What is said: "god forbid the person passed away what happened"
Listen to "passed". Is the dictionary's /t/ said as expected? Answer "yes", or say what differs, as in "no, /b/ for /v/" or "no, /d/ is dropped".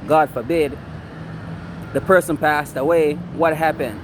yes